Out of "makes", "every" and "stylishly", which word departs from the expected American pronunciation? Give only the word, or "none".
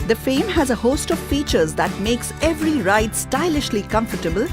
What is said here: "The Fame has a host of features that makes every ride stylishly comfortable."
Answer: none